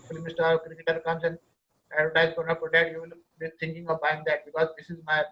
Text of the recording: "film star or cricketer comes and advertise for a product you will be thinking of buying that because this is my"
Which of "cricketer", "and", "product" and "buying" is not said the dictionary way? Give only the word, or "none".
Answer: product